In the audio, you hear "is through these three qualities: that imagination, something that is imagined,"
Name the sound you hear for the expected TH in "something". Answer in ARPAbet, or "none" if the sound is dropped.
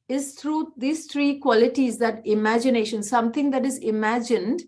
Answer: T